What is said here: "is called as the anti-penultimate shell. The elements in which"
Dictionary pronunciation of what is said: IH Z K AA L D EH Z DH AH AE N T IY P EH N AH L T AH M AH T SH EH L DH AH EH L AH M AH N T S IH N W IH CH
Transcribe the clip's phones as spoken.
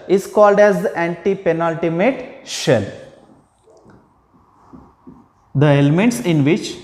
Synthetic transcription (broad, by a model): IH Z K AA L D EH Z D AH AE N T IY P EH N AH L T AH M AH T SH EH L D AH EH L AH M AH N T S IH N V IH CH